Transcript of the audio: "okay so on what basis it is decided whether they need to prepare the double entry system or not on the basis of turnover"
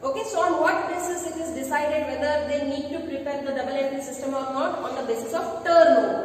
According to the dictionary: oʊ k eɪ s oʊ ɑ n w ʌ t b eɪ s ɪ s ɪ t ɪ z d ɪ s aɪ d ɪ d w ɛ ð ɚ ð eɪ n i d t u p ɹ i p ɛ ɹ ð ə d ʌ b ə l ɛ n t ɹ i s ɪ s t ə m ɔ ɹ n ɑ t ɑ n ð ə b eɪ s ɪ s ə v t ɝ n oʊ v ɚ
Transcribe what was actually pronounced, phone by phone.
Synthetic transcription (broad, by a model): oʊ k eɪ s oʊ ɑ n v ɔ t b eɪ s ɪ s ɪ t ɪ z d ɪ s aɪ d ɪ d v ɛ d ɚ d eɪ n i d t u p ɹ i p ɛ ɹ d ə d ʌ b ə l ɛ t i s ɪ s t ə m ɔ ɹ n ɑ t ɑ n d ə b eɪ s ɪ s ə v t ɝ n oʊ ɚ